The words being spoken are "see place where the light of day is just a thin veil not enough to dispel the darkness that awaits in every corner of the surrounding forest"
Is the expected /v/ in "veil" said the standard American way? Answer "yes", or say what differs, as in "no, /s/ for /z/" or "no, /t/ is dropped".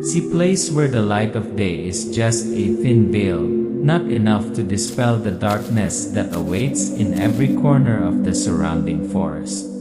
no, /b/ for /v/